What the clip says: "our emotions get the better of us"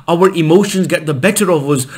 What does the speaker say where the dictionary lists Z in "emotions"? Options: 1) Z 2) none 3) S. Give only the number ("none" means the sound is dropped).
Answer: 1